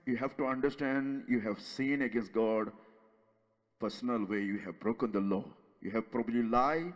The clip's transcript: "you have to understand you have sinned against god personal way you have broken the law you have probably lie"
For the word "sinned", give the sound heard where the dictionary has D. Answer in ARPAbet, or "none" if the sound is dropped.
none